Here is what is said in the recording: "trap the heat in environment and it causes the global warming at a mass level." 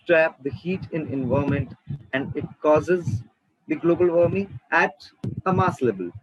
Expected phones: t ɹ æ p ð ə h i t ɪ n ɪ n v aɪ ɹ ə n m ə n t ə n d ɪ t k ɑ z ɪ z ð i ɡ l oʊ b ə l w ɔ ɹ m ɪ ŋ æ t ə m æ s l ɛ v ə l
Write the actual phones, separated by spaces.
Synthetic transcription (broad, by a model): t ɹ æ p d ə h i t ɪ n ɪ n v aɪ ə m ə n t ə n d ɪ t k ɑ z ɪ z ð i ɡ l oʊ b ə l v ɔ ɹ m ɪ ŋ æ t ə m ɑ s l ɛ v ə l